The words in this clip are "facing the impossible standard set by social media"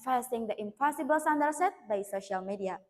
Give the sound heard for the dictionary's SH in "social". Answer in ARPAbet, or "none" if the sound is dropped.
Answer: SH